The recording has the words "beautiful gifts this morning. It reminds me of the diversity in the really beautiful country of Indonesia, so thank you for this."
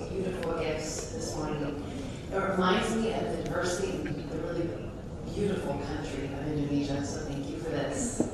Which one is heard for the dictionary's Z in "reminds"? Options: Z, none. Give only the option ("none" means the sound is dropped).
Z